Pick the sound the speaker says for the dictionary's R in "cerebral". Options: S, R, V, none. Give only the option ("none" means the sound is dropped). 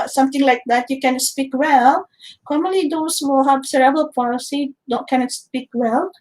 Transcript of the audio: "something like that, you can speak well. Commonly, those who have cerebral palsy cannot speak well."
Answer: none